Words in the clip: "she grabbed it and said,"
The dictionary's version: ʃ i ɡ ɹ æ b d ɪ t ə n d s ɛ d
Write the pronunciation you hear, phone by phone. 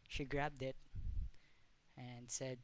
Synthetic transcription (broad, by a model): ʃ i ɡ ɹ æ b d ɪ t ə n s ɛ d